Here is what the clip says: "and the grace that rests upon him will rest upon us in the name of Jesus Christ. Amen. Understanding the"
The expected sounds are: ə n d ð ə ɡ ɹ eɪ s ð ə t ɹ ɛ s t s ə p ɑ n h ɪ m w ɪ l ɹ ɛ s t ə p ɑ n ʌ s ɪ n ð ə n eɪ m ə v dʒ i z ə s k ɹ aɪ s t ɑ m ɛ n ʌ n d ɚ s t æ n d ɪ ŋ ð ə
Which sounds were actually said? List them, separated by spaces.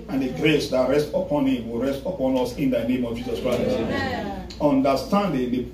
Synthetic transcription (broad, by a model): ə n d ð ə ɡ ɹ eɪ s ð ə t ɹ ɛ s t ə p ɑ n h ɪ m w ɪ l ɹ ɛ s t ə p ɑ n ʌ s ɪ n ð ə n eɪ m ə v dʒ i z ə s k ɹ aɪ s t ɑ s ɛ ɔ n d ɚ s t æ n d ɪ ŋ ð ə